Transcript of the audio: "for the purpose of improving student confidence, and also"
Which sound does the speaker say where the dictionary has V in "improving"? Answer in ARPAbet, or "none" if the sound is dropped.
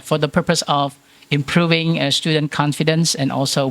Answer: V